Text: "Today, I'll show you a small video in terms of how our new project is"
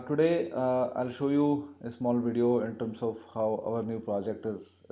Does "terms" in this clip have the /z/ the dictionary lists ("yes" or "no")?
no